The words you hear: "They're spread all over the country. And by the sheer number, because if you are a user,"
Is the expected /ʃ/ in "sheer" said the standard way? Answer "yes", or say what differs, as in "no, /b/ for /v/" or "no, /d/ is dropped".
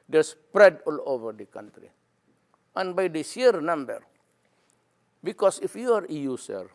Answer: no, /s/ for /ʃ/